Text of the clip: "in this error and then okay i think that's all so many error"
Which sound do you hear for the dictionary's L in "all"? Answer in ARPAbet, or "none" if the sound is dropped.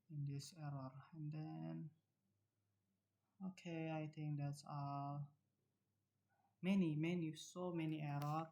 N